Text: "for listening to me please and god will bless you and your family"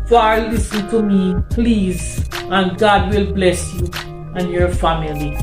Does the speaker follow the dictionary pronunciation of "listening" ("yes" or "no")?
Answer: no